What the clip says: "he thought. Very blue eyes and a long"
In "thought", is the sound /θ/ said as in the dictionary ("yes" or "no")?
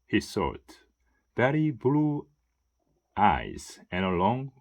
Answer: no